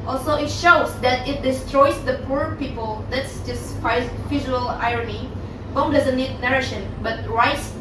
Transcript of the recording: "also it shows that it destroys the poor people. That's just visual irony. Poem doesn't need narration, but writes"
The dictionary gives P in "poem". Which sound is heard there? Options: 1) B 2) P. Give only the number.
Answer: 1